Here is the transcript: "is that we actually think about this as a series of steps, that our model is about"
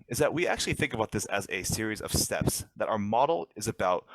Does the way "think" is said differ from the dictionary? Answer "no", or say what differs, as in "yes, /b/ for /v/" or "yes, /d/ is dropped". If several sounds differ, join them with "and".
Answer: no